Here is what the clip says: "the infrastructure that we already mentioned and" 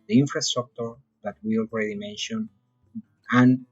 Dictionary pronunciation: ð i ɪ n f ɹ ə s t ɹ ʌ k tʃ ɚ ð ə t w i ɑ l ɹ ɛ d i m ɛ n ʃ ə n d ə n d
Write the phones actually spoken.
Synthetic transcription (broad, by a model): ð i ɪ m f ɹ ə s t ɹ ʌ k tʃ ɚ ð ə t w i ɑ l ɹ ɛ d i m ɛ n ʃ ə n ə n